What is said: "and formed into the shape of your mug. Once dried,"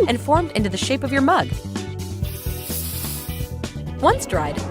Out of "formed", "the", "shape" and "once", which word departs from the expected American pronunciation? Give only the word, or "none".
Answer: none